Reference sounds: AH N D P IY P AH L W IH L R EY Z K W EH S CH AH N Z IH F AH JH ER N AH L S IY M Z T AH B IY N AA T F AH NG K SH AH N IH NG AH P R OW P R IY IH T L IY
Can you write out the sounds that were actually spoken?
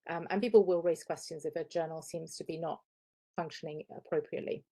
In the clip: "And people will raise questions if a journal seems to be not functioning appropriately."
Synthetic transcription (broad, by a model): AH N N P IY P AH L W IH L R EY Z K W EH S CH AH N Z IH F AH JH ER N AH L S IY M Z T AH B IY N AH T F AH NG K SH AH N IH NG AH P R OW P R IY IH T L IY